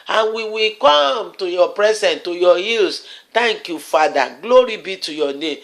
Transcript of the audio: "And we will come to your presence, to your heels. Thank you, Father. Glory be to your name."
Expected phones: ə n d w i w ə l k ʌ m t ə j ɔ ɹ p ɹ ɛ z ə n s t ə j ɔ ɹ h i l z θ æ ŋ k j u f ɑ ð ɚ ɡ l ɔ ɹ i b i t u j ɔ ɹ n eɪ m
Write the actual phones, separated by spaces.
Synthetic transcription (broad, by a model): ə n w i w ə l k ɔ m t ə j ɔ p ɹ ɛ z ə n t ə j ɔ h i l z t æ ŋ k j u f ɑ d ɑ ɡ l ɔ ɹ i b i t u j ɔ n eɪ m